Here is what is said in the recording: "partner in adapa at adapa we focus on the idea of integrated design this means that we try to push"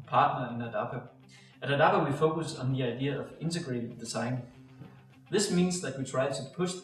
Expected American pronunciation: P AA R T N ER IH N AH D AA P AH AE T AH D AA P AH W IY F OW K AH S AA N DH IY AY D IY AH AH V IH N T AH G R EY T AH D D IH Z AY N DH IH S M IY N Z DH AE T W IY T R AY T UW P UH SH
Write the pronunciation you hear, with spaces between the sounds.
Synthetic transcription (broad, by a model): P AA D N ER IH N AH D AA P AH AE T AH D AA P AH W IY F OW K AH S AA N DH IY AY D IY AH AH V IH N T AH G R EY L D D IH S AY N DH IH S M IY N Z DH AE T W IY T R AY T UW P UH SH